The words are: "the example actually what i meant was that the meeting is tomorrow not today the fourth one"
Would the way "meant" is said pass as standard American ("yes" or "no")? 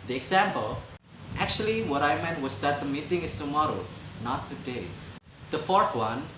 yes